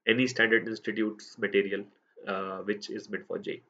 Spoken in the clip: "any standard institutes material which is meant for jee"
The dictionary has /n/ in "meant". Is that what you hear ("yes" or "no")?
no